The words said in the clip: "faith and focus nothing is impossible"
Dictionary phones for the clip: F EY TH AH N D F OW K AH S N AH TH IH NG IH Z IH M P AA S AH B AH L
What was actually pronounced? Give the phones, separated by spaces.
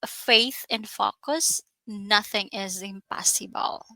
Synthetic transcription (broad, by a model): F EY TH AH N F OW K AH S N AH TH IH NG IH Z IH M P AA S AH B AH L